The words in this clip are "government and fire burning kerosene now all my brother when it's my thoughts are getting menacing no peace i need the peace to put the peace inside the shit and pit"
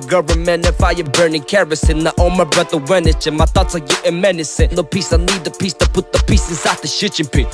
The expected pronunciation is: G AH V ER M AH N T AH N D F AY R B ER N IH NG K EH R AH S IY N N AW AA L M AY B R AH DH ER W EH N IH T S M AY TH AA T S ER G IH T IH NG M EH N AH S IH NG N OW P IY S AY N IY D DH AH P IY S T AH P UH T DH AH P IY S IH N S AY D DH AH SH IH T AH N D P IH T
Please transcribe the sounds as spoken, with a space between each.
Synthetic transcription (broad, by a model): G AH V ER M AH N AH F AY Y B ER N IH NG K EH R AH S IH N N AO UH M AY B R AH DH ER W EH N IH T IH M AY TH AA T ER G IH T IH M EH N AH S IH N OW P IY S AY N IY D DH AH P IY S T AH P UH T DH AH P IY S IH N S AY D DH AH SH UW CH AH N P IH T